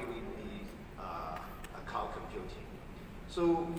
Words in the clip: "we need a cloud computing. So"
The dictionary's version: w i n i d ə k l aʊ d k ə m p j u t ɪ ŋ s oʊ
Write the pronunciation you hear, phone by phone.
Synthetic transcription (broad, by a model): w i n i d ə k aʊ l k ə m p j u t ɪ ŋ s oʊ